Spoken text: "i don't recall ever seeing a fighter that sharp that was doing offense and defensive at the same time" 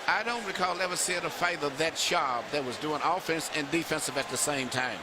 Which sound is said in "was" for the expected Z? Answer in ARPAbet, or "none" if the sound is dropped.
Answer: Z